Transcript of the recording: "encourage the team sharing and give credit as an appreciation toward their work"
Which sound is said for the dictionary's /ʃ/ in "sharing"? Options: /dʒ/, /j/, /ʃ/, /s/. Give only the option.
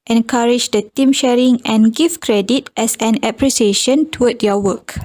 /ʃ/